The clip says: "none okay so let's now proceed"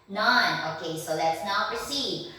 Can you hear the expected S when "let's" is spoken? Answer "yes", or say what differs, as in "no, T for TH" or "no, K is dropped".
yes